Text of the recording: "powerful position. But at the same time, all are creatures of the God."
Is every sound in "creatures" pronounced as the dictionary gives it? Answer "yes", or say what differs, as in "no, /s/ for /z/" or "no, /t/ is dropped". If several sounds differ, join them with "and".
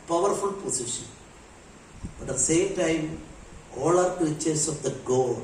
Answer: no, /ɹ/ is dropped and /s/ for /z/